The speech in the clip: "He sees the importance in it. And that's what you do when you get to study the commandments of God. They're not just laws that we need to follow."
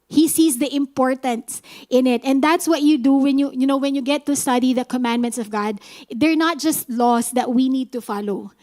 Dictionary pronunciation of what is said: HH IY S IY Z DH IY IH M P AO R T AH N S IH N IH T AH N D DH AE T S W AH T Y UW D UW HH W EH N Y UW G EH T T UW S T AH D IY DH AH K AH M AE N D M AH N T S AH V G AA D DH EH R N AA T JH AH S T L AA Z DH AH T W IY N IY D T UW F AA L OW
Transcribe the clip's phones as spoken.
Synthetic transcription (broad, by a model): HH IY S IY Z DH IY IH M P AO R T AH N S IH N IH T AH N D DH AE T S W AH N Y UW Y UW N W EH N Y UW G EH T T UW S T AH D IY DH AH K AH M AE N D M AH N T S AH V G AA D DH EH R N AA T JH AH S T L AA S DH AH T W IY N IY D T UW F AA L OW